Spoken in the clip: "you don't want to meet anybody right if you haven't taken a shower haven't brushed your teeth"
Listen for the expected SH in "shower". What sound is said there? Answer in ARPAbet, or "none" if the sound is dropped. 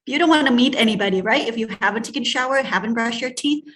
SH